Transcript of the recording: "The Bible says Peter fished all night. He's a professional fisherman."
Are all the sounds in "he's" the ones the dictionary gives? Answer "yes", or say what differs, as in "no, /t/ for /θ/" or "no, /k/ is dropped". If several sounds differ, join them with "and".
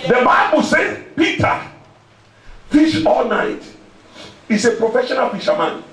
no, /s/ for /z/